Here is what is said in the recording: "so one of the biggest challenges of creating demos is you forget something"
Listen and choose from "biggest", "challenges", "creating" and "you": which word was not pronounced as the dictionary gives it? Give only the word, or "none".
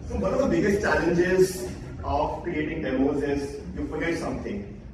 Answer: none